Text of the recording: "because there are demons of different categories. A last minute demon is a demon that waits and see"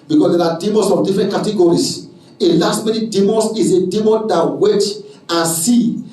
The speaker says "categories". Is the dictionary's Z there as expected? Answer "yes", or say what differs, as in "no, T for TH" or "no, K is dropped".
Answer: no, S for Z